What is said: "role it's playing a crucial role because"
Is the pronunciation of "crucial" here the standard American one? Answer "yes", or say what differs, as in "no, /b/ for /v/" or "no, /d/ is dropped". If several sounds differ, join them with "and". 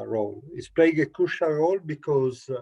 no, /ɹ/ is dropped